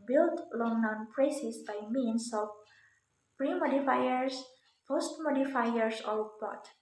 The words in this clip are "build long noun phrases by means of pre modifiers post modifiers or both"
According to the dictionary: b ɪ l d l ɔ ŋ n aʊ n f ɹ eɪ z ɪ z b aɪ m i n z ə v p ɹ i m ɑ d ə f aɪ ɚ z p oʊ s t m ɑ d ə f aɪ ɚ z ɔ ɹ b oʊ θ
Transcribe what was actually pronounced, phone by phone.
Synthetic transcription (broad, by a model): b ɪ l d l ɔ ŋ n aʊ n p ɹ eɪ s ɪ s b aɪ m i n s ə f p ɹ i m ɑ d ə f aɪ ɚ s p oʊ s t m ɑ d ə f aɪ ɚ s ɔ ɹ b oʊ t